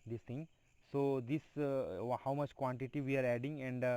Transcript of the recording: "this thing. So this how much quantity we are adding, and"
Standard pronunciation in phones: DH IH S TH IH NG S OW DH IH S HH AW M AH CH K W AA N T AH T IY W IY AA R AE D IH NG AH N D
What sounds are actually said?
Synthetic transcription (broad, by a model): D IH S T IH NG S OW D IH S HH AW M AH CH K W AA N T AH T IY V IY AA R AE D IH NG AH N D